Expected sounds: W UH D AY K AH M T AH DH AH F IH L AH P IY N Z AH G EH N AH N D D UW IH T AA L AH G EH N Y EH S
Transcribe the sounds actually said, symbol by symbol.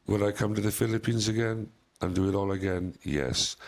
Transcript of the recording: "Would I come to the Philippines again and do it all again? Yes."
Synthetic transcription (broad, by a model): W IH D AY K AH M T AH DH AH F IH L AH P IY N Z AH G EH N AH N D D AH IH T AA L AH G EH N Y EH S